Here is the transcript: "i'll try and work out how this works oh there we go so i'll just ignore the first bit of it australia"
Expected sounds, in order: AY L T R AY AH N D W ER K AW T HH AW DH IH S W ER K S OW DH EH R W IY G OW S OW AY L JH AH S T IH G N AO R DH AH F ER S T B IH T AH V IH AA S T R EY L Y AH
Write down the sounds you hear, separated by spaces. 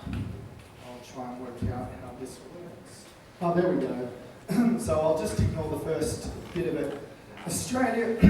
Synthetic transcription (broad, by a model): AY L T R AY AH N W ER K AW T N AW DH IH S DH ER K S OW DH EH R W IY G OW S OW AY L JH AH S T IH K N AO L DH AH F ER S T B IH T AH V IH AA S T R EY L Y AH